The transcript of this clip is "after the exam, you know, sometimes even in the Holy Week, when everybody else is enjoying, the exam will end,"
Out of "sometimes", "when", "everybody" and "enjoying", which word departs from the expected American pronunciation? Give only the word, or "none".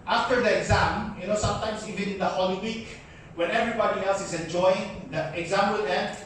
sometimes